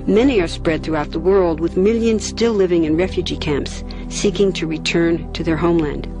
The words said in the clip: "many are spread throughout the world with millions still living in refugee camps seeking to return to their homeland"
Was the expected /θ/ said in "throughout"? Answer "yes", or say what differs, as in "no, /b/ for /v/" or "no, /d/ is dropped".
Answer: yes